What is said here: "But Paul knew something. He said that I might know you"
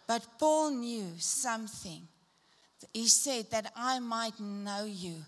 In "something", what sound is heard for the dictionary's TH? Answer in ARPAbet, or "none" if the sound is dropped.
TH